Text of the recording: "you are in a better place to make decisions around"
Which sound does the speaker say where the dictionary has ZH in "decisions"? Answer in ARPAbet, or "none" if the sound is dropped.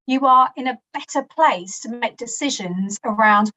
ZH